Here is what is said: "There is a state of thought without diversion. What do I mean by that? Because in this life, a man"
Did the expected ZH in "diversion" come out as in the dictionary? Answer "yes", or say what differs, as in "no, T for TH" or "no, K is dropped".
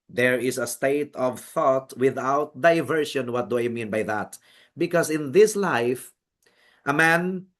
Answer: no, SH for ZH